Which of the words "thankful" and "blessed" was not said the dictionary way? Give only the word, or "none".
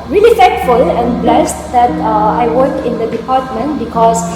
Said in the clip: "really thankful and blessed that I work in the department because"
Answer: thankful